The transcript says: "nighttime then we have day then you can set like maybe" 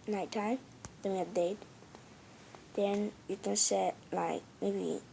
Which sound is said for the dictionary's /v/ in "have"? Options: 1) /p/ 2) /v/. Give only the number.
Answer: 1